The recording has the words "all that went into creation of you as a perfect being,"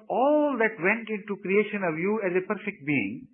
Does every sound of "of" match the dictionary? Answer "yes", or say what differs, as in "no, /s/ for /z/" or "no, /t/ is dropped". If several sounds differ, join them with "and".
yes